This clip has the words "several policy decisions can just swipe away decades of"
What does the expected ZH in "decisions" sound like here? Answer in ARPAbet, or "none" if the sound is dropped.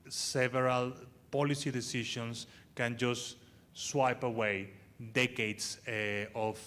SH